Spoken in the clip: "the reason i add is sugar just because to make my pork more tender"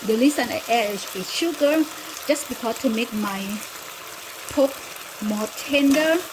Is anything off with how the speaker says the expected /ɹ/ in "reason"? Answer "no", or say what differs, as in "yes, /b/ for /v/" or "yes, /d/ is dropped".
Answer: yes, /l/ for /ɹ/